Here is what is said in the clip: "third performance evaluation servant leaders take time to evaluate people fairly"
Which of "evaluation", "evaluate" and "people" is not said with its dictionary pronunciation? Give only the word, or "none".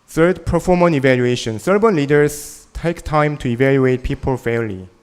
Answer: none